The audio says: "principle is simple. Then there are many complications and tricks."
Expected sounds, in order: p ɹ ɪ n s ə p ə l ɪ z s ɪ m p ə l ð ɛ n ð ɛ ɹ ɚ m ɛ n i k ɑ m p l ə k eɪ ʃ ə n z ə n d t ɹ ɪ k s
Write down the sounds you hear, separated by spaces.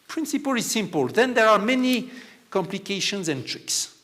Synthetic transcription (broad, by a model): p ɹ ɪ n s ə p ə l ɪ z s ɪ m p ə l ð ɛ n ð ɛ ɹ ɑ m ɛ n i k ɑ m p l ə k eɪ ʃ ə n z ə n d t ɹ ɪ k s